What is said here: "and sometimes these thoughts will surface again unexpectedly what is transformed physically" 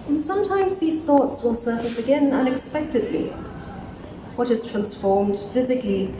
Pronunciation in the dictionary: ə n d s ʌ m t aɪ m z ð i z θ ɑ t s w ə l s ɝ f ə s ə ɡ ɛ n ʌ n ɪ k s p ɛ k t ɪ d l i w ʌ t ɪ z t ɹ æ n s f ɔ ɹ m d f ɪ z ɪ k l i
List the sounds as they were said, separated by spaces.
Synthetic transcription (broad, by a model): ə n s ʌ m t aɪ m z ð i z θ ɑ t s w ə l s ɝ f ə s ə ɡ ɛ n ʌ n ɪ k s p ɛ k t ɪ d l i w ʌ t ɪ z t ɹ æ n s f ɔ ɹ m d f ɪ z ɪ k l i